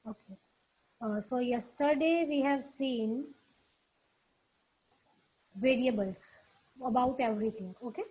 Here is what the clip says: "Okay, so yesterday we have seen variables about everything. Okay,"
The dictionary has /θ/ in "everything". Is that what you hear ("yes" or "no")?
no